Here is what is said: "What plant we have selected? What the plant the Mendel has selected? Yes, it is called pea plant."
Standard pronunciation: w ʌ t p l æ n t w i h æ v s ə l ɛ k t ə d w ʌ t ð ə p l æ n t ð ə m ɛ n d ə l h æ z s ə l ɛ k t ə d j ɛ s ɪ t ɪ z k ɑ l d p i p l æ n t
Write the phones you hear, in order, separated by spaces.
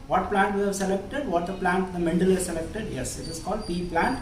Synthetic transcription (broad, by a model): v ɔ t p l æ n t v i h æ v s ə l ɛ k t ə d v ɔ t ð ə p l æ n t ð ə m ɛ n d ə l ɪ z s ə l ɛ k t ə d j ɛ s ɪ t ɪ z k ɑ l d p i p l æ n t